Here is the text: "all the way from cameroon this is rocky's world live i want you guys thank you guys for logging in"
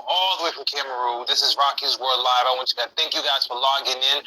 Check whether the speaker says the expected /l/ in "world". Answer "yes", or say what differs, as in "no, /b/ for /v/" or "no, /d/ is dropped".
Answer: no, /l/ is dropped